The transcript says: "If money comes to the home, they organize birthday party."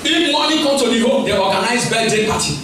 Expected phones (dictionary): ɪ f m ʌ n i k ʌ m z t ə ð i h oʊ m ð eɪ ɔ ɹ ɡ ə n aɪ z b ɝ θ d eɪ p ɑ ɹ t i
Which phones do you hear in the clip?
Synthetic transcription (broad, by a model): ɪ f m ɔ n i k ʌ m t ə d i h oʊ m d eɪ ɔ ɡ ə n aɪ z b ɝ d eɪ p ɑ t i